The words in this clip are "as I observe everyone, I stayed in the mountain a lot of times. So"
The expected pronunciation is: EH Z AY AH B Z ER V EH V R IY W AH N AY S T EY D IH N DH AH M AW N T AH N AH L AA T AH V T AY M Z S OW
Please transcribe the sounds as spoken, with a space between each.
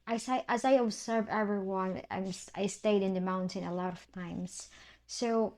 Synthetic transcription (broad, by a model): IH Z AY AH B Z ER V EH V R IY W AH N AY S T EY D IH N DH AH M AW N T AH N AH L AA T AH V T AY M Z S OW